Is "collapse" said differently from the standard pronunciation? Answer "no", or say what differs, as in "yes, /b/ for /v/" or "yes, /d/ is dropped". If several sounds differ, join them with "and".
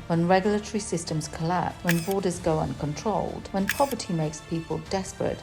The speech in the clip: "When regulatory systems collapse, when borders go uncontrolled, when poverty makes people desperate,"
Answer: yes, /s/ is dropped